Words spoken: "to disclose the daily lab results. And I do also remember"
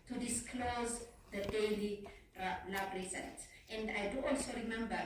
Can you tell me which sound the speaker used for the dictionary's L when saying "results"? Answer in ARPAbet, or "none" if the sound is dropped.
N